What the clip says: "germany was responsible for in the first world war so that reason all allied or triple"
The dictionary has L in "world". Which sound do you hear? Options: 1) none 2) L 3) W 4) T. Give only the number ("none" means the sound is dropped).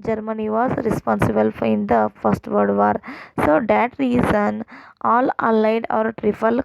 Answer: 1